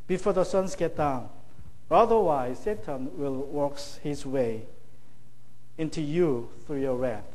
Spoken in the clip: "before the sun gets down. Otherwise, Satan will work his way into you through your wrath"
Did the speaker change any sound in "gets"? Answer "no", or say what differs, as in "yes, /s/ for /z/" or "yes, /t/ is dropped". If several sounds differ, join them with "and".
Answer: yes, /s/ is dropped